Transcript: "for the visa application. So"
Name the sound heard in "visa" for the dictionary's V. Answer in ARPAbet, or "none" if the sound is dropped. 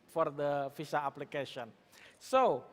F